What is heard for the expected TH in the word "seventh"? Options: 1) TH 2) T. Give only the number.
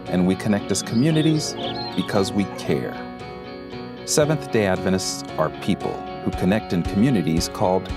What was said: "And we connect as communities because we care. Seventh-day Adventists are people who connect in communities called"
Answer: 1